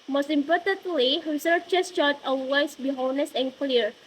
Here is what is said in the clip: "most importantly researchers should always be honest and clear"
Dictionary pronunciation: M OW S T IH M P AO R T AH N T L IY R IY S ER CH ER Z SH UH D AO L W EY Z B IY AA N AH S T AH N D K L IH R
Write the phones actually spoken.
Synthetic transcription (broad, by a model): M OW S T IH M P AO R T AH N T L IY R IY S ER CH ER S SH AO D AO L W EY S B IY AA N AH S AH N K L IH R